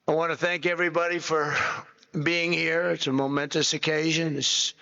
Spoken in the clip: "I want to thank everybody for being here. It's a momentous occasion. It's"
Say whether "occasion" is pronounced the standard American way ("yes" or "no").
yes